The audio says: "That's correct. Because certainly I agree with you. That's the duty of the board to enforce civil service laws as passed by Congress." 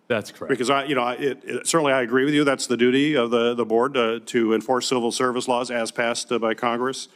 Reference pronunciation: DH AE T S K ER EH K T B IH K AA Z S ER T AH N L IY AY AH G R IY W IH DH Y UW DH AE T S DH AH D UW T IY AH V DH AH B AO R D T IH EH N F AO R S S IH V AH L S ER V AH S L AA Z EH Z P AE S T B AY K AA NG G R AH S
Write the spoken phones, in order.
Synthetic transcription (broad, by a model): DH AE T S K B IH K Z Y IH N AA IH S ER T N L IY AY AH G R IY W IH DH Y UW DH AE T S DH AH D UW T IY AH V DH AH B AO R D T IH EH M F AO R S S IH V L S ER V AH S L AA Z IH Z P AE S T B AY K AA NG G R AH S